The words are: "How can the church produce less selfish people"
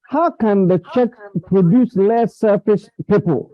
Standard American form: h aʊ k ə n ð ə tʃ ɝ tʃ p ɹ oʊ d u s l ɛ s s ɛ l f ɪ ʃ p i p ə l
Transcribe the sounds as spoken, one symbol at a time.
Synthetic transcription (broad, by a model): h aʊ k ə n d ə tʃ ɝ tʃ p ɹ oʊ d u s l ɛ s s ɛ f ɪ s p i p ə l